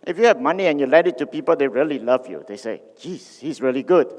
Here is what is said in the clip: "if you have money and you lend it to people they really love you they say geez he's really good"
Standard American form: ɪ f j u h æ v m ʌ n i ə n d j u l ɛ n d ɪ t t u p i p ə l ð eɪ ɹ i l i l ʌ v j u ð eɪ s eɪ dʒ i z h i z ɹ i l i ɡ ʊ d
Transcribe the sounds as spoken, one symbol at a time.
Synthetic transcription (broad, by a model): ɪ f j u h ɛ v m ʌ n i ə n j u l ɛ d ɪ t t u p i p ə l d eɪ ɹ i l i l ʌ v j u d eɪ s eɪ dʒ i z h i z ɹ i l i ɡ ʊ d